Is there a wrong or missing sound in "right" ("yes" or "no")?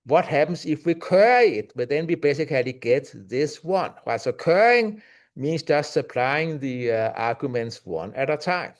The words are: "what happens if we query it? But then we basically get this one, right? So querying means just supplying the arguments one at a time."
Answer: yes